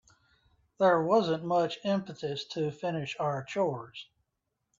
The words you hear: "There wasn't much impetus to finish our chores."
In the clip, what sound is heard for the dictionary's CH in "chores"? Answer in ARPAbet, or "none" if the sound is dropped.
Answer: CH